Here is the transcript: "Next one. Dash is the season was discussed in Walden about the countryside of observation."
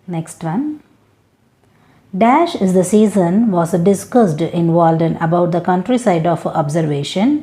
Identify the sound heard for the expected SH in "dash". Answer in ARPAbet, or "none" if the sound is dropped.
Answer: SH